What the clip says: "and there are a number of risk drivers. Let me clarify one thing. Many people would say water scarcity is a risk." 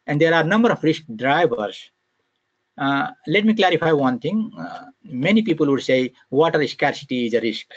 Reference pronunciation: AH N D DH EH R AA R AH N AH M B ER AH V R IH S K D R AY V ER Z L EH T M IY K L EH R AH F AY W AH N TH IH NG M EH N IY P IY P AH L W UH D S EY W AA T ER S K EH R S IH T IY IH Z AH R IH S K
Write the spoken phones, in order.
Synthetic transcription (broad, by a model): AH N D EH R AA R N AH M B ER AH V R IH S K D R AY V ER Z L EH T M IY K L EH R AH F AY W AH N T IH NG M EH N IY P IY P AH L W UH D S EY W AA T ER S K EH R S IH T IY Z AH R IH S K